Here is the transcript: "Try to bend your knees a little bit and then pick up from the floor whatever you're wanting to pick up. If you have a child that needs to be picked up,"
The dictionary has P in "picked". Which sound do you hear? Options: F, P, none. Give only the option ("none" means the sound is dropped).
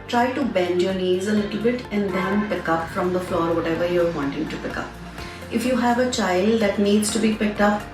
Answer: P